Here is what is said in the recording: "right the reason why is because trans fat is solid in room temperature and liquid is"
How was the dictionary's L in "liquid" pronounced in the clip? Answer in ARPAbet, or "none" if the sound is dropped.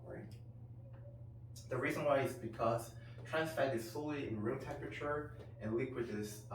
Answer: L